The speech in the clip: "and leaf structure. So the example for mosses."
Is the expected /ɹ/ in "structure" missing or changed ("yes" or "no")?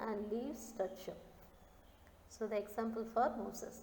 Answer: yes